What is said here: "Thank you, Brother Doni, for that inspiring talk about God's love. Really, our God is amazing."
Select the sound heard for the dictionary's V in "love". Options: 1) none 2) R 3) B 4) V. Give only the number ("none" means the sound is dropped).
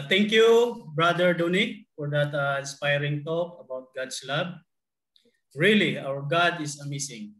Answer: 3